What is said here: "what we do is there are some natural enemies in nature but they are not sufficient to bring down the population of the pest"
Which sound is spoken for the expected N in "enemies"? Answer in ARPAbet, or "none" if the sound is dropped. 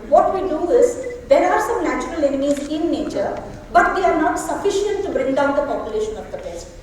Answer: N